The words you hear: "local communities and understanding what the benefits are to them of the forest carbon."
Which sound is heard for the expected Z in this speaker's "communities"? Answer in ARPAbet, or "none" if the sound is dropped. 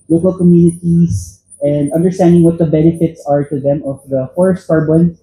S